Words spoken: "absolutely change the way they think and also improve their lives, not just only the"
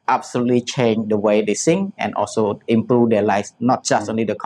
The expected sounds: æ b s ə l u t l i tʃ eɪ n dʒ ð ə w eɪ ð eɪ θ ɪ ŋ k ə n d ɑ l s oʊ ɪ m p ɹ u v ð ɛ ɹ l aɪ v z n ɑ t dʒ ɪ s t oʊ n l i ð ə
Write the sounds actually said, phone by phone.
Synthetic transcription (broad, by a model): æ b s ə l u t l i tʃ eɪ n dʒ ə w eɪ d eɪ s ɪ ŋ ə n ɑ l s oʊ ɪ m p ɹ u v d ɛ l aɪ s n ɑ t dʒ ɪ s t oʊ n l i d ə